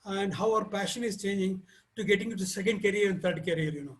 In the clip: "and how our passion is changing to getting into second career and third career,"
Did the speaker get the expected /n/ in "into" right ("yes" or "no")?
no